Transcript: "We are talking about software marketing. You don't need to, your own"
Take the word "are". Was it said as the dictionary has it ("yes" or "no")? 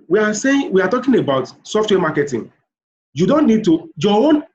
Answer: no